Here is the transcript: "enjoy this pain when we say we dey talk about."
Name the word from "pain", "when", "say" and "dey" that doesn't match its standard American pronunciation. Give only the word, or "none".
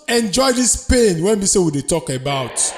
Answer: none